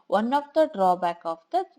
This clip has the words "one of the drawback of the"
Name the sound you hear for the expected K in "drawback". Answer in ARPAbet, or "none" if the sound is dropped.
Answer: K